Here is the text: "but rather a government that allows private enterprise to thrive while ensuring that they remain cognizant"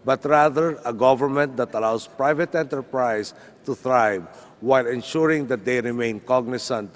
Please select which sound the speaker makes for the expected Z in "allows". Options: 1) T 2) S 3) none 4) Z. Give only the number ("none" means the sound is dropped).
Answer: 2